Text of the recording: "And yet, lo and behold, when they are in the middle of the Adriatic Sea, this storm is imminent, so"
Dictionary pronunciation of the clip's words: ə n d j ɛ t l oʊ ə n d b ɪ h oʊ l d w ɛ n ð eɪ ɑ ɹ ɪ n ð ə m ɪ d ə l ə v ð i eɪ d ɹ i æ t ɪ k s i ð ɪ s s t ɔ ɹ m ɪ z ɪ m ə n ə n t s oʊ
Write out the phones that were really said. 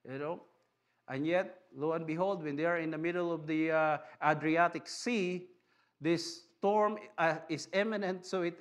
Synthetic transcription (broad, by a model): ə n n j ɛ t l oʊ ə n b ɪ h oʊ l d w ɛ n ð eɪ ɑ ɹ ɪ n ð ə m ɪ d ə l ə v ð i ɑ d ɹ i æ t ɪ k s i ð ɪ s s t ɔ ɹ m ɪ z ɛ m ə n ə n t s oʊ